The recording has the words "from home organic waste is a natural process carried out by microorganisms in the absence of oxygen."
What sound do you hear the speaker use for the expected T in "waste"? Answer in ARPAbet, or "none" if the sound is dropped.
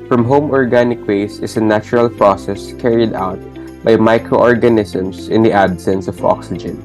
none